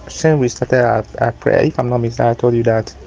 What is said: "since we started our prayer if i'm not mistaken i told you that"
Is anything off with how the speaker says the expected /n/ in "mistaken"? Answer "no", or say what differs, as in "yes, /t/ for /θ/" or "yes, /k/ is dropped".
yes, /n/ is dropped